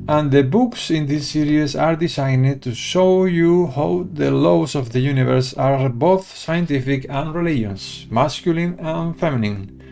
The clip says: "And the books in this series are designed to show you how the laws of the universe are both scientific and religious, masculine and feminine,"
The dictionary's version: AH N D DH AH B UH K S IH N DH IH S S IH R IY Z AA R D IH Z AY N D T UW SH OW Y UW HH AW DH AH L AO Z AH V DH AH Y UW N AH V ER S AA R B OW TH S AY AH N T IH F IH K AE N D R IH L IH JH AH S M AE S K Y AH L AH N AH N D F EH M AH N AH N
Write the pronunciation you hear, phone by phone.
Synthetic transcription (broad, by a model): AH N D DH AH B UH K S IH N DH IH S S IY R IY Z AA R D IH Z AY N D T UW SH OW Y UW HH AW DH AH L AO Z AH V DH AH Y UW N AH V ER S AA R B OW TH S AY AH N T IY F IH K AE N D R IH L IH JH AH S M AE S K Y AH L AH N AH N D F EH M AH N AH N